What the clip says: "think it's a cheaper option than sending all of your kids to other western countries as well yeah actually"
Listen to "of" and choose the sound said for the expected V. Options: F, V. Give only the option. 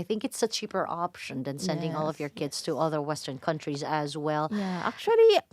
V